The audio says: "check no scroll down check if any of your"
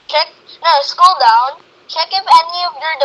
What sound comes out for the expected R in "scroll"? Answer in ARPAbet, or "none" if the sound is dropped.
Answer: none